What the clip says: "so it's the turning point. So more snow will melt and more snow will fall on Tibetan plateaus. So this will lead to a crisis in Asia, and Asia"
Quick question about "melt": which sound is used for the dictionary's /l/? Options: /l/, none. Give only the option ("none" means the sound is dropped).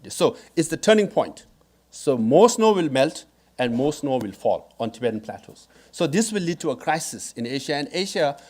/l/